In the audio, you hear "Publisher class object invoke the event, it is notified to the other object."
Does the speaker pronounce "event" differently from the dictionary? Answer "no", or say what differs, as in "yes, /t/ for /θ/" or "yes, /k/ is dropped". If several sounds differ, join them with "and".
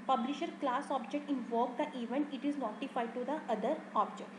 no